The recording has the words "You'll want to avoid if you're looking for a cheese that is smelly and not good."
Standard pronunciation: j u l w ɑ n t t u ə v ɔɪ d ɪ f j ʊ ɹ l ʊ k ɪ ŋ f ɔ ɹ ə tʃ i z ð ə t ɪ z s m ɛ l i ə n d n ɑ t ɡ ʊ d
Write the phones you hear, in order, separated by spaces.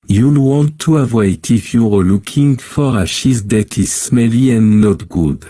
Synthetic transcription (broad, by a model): j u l w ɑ n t t u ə v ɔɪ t ɪ f j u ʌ l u k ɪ ŋ f ɔ ɹ ə ʃ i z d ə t ɪ z s m ɛ l i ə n n ɑ t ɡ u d